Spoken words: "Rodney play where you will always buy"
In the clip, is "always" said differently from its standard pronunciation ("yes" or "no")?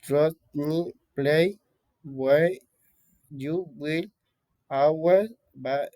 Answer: yes